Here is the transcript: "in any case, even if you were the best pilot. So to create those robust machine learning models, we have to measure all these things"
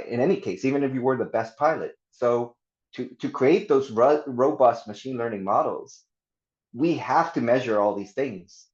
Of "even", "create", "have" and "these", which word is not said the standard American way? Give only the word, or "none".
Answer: have